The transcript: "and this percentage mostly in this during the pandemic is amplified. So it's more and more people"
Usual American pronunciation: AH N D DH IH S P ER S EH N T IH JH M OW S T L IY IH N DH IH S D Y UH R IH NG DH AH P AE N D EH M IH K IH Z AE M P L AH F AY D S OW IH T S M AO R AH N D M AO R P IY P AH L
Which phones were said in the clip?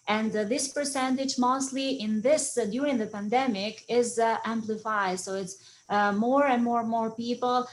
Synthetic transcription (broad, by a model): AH N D DH IH S P ER S EH N T IH JH M OW S T L IY IH N DH IH S D Y UH R IH NG DH AH P AE N D EH M IH K IH Z AE M P L AH F AY D S OW IH T S M AO R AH N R M AO R P IY P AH L